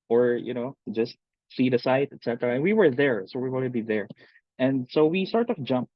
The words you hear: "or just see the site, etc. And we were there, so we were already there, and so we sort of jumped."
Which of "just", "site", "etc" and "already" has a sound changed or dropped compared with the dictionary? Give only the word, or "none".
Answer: already